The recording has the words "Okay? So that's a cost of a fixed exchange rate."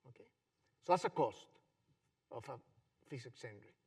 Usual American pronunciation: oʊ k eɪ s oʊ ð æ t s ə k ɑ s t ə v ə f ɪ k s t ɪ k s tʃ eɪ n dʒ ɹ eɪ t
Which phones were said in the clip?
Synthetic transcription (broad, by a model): oʊ k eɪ s oʊ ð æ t s ə k ɑ s t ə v ə f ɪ s ɪ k s eɪ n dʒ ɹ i